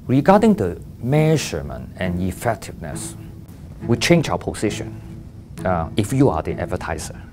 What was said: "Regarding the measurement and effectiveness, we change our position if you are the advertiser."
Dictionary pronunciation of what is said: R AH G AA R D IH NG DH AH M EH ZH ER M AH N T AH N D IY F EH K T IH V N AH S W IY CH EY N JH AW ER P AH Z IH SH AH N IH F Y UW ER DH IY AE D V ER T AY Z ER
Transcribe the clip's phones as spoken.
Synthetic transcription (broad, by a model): R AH G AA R D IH NG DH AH M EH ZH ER M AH N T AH N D IY F EH K T IH V N AH S W IY CH EY N JH AW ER P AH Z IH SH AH N IH F Y UW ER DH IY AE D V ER T AY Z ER